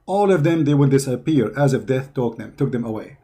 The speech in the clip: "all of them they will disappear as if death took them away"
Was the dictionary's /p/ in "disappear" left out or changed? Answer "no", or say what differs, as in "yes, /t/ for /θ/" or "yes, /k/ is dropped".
no